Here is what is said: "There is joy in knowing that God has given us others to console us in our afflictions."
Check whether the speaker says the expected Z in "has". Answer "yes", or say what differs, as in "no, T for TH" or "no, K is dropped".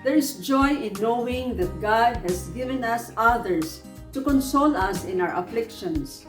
no, S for Z